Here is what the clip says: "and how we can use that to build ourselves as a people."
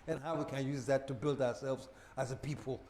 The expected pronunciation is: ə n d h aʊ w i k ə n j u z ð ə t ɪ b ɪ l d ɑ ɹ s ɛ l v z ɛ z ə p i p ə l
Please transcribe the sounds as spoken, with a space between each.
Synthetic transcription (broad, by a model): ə n h aʊ w i k ə n j u z ð ə t ɪ b ɪ l d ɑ ɹ s ɛ l v z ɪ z ə p i p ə l